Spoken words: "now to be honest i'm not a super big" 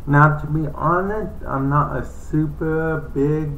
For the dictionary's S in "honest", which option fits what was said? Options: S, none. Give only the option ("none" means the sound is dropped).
none